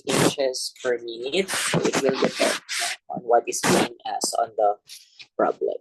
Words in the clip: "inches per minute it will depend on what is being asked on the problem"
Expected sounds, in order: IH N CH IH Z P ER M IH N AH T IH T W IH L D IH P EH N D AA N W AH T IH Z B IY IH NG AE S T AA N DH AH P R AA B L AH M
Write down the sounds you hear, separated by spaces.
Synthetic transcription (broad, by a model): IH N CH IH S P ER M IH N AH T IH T W IH L D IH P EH N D AA N W AH T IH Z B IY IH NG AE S AA N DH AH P R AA B L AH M